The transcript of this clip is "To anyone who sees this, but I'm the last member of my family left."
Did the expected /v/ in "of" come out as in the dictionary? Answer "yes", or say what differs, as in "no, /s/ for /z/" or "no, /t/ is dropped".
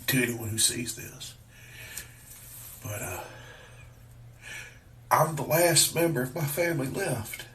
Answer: yes